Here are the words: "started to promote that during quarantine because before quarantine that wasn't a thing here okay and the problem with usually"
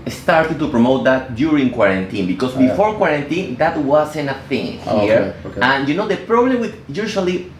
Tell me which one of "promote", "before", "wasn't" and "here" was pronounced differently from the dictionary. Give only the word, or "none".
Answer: wasn't